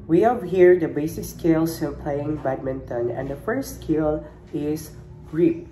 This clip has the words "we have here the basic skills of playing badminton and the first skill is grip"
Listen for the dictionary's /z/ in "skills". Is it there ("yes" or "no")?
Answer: no